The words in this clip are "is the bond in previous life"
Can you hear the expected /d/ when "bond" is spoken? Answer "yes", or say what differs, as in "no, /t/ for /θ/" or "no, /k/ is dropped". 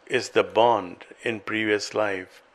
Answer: yes